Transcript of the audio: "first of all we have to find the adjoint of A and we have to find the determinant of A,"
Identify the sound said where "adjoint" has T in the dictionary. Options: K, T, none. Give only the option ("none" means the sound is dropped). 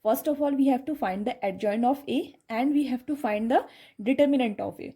none